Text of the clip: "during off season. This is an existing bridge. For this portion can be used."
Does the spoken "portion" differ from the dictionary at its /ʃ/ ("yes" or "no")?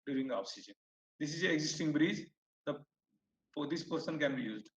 yes